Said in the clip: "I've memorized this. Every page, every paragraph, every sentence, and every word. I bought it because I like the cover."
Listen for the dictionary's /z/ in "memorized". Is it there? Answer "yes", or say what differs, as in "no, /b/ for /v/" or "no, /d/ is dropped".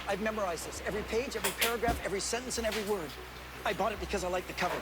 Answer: yes